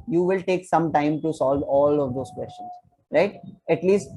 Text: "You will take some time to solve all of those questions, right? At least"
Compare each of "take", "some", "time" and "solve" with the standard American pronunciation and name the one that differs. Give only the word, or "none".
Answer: none